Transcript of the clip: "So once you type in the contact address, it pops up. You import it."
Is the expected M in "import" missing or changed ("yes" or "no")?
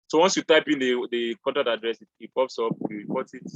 yes